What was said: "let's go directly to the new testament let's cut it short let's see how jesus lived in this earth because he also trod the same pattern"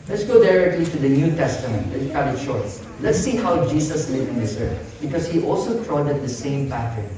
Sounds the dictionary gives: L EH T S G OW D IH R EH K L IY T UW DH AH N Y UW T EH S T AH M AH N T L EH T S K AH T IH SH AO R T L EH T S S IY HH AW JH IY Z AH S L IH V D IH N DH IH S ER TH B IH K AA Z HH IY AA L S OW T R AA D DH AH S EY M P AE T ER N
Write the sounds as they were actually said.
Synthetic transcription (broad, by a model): L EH T S G OW D IH R EH K L IY T UW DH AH N Y UW T EH S T AH M AH N T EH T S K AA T IH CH AO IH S L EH T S S IY HH AW JH IY S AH S L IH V IH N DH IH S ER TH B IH K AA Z HH IY AA L S OW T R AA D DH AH S EY M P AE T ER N